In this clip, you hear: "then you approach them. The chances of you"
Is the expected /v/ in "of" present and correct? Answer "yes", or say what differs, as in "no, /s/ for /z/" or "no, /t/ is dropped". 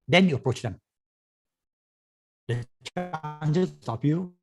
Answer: no, /p/ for /v/